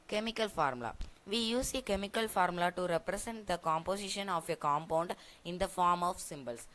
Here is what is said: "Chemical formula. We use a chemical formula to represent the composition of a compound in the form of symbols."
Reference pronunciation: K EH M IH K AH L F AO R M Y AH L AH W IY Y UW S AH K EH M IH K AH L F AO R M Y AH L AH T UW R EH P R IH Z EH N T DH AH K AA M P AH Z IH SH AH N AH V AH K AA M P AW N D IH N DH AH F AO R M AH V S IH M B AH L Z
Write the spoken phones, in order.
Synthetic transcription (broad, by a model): K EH M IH K AH L F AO R M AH L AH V IY Y UW S AH K EH M IH K AH L F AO R M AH L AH T UW R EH P R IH S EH N T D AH K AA M P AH S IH SH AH N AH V AH K AA M P AW N D IH N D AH F AO R M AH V S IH M B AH L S